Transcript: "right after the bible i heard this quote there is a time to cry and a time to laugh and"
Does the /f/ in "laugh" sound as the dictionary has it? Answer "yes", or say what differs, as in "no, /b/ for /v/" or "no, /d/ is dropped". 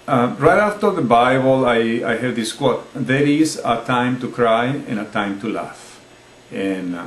yes